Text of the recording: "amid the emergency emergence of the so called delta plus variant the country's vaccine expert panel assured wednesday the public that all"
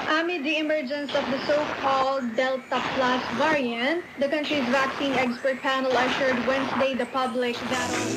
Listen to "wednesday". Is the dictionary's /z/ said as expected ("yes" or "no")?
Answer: no